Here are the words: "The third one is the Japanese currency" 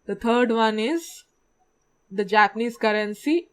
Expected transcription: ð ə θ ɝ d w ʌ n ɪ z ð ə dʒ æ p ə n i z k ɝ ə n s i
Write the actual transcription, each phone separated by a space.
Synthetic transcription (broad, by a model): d ə t ɝ d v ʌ n ɪ z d ə dʒ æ p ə n i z k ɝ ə n s i